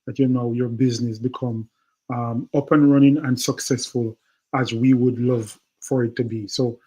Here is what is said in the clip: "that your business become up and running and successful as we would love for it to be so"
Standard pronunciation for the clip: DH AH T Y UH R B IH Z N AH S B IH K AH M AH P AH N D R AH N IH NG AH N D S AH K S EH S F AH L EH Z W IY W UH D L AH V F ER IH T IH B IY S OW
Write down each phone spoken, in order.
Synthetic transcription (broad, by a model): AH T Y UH R B IH Z N AH S B IH K AH M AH P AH N R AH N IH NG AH N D S AH K S EH S F AH L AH Z W IY W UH D L AH V F ER IH T IH B IY S OW